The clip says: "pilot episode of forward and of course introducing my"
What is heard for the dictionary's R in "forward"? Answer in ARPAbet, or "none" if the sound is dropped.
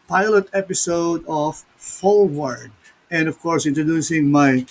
L